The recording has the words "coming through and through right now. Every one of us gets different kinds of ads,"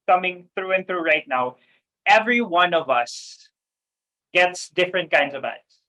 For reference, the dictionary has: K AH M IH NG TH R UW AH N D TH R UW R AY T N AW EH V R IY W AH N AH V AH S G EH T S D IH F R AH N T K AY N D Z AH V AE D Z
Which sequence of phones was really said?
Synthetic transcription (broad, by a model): K AH M IH NG TH R UW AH N TH R UW R AY T N AW EH V R IY W AH N AH V AH S G EH T S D IH F R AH N K AY N D Z AH V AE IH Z